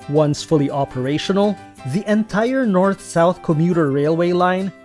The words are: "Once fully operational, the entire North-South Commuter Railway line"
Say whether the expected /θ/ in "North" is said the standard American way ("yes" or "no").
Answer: yes